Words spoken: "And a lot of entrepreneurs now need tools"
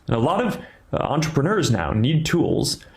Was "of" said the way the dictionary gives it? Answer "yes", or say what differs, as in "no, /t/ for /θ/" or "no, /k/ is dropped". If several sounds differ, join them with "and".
yes